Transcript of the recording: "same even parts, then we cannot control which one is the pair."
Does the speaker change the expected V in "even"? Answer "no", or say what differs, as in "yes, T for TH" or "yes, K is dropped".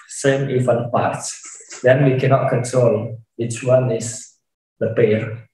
yes, F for V